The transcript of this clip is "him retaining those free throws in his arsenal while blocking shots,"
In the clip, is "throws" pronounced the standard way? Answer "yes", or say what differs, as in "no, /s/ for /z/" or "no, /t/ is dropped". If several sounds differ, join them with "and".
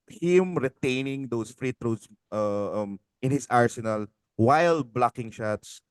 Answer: no, /t/ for /θ/